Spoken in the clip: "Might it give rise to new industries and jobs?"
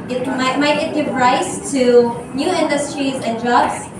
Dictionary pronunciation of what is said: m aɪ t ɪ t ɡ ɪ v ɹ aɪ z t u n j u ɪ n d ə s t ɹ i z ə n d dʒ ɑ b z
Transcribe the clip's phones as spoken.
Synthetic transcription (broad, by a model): m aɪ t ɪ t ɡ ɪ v ɹ aɪ s t u n j u ɪ n d ə s t ɹ i z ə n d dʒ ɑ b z